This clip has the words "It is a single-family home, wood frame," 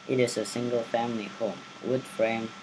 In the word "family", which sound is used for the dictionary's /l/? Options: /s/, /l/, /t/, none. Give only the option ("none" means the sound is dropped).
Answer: /l/